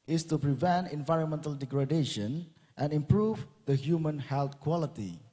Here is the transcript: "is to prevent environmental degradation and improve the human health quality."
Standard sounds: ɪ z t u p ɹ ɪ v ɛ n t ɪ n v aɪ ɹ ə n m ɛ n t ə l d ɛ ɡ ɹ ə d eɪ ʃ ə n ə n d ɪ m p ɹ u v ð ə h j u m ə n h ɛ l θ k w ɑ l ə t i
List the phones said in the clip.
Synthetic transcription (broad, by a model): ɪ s t u p ɹ ɪ v ɛ n t ɪ n v aɪ ɹ ə n m ɛ n t ə l d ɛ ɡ ɹ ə d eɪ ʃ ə n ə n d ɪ m p ɹ u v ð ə h j u m ə n h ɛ l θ k w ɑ l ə t i